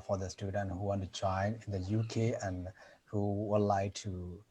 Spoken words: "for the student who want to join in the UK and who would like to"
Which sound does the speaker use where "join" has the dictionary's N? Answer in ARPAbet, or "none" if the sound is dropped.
N